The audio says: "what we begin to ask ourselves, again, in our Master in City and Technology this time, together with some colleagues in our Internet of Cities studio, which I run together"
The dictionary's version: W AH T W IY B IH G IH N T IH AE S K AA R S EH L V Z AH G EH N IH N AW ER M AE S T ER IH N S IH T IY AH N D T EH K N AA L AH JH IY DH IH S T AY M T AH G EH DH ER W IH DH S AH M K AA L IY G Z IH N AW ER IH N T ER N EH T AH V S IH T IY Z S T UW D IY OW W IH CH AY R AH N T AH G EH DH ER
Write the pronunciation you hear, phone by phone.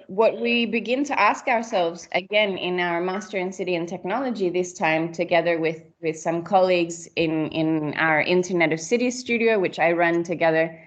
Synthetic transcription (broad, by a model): W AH T W IY B IH G IH N T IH AE S K AA R S EH L V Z AH G EH N IH N AW ER M AE S T ER IH N S IH T IY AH N T EH K N AA L AH JH IY DH IH S T AY M T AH G EH DH ER W IH DH S AH M K AA L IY G Z IH N AW ER IH N T ER N EH T AH V S IH T IY S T UW D IY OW W IH CH AY R AH N T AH G EH DH ER